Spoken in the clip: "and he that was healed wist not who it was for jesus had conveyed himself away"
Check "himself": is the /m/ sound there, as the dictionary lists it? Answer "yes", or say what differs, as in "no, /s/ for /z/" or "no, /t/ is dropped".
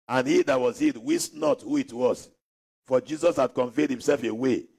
yes